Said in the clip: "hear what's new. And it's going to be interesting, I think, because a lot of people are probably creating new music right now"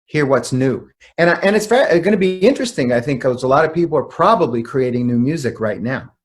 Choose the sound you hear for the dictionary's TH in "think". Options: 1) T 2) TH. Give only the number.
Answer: 2